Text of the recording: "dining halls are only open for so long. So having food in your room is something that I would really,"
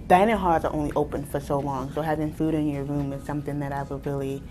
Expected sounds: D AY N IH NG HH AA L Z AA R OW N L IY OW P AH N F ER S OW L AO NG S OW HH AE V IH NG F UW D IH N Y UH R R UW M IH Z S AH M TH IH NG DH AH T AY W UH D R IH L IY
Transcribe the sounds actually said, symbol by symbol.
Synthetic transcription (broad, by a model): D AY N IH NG HH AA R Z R OW N L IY OW P AH N F ER S OW L AO NG S OW HH AE V IH NG F UW D IH N Y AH R R UW M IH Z S AH M TH IH NG DH AH T AY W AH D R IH L IY